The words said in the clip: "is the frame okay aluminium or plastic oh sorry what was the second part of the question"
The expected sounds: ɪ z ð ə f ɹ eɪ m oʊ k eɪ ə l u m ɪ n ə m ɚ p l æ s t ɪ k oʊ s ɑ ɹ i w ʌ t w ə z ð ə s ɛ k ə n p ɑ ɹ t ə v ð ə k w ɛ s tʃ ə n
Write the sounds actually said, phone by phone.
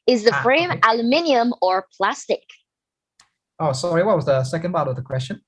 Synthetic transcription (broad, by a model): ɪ z ð ə f ɹ eɪ m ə l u m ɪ n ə m ɚ p l æ s t ɪ k oʊ s ɑ ɹ i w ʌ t w ə z ð ə s ɛ k ə n b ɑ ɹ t ə v ð ə k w ɛ s tʃ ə n